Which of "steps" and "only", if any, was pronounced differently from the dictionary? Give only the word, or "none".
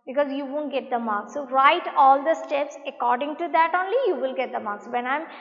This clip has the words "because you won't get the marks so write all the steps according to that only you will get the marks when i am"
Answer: none